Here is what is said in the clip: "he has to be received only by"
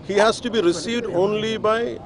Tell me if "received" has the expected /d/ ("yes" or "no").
yes